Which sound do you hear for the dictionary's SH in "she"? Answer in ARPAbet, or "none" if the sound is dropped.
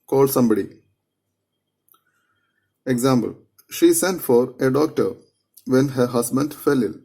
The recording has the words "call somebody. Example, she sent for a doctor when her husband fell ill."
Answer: SH